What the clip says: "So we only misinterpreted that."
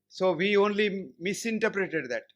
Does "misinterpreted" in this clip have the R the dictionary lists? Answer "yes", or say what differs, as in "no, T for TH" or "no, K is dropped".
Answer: yes